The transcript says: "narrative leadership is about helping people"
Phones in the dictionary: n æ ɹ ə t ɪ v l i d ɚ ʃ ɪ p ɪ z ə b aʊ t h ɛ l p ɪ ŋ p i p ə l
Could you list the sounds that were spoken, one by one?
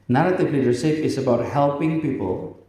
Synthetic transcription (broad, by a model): n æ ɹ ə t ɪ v l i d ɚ s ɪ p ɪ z ə b aʊ t h ɛ l p ɪ ŋ p i p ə l